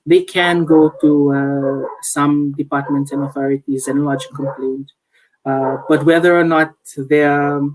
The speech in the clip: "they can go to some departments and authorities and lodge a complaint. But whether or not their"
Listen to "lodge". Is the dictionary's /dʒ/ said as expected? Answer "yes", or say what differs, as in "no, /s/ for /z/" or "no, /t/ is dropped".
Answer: yes